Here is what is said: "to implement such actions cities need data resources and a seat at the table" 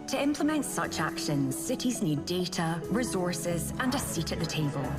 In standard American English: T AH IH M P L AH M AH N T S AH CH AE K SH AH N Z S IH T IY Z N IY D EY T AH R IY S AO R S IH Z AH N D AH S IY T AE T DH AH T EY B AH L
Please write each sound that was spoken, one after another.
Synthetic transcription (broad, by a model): T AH IH M P L AH M AH N T S AH CH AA K SH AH N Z S IH T IY Z N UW D EY T AH R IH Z AO R S IH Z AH N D AH S IY T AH T DH AH T EY B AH L